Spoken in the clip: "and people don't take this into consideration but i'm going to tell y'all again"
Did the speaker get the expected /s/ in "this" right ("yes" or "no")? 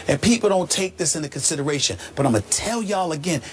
yes